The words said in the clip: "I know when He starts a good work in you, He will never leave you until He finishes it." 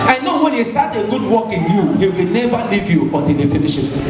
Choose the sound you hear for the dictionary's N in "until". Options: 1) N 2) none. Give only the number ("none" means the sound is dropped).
2